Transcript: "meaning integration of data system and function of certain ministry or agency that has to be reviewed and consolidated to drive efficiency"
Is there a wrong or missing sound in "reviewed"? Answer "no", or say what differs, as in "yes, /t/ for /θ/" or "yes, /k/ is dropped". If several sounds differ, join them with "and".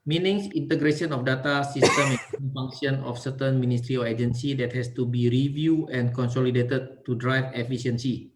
yes, /d/ is dropped